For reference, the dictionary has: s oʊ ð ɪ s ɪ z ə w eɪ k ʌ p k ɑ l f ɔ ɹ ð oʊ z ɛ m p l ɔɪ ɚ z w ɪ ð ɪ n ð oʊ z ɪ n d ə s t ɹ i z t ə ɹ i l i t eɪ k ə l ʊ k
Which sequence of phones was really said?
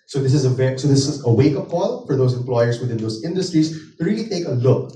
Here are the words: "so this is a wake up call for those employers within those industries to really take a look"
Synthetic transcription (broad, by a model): s oʊ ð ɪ s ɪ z ə w eɪ k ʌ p k ɑ l f ɔ ɹ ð oʊ s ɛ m p l ɔɪ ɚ s w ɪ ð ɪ n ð oʊ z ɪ n d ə s t ɹ i s t ə ɹ i l i t eɪ k ə l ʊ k